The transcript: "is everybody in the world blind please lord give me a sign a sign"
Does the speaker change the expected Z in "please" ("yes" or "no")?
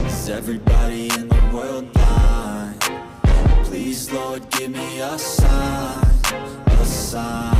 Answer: no